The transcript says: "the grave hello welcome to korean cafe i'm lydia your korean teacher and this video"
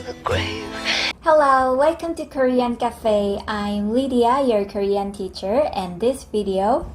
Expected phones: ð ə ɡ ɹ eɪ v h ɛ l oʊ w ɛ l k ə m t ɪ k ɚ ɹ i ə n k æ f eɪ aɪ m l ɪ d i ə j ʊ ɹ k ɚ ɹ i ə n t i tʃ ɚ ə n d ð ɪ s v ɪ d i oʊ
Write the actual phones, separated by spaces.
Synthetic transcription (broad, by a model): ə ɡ w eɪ h ɛ l oʊ w ɛ l k ə m t ɪ k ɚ ɹ i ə n k æ f eɪ aɪ m l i d i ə j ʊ ɹ k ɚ ɹ i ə n t i tʃ ɚ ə n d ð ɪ s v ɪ d i oʊ